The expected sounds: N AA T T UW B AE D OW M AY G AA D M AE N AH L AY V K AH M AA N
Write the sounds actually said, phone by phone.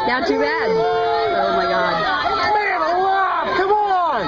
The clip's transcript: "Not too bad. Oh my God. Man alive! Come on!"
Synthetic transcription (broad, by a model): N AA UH T UW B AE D OW M AY G AA D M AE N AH W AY K AH M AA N